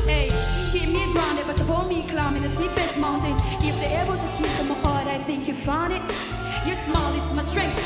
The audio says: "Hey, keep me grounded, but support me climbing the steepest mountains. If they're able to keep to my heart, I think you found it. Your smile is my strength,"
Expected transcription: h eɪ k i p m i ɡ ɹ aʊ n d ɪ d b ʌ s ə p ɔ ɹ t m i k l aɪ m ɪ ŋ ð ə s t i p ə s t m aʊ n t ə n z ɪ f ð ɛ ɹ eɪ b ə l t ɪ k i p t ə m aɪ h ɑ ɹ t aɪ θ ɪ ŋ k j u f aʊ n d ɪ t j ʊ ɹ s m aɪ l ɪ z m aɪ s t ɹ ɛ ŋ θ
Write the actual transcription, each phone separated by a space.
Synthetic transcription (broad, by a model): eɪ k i m i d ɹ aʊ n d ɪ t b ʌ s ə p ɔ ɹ m i k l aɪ m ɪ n ð ə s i f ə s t m aʊ n t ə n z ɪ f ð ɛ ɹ eɪ b ə l t ɪ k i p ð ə m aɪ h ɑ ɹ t aɪ θ ɪ ŋ k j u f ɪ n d ɪ t j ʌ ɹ s m aɪ l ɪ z m aɪ s t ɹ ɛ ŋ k